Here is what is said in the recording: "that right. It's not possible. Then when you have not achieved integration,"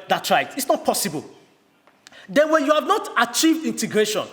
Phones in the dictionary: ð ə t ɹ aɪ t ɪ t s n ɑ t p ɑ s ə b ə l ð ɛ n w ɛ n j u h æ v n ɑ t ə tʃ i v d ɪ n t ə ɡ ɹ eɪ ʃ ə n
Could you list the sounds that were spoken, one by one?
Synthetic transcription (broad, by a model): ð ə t ɹ aɪ t ɪ t s n ɑ t p ɑ s ə b ə l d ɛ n w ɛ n j u h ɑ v n ɑ t ə tʃ i v d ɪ n t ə ɡ ɹ eɪ ʃ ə n